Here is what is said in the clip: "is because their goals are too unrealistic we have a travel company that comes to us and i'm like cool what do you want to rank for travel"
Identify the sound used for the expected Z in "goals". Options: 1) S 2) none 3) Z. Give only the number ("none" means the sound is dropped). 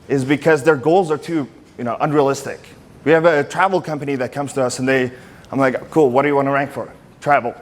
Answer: 3